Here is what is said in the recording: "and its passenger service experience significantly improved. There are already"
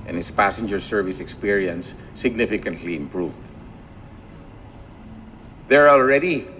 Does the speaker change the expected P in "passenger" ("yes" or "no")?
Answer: no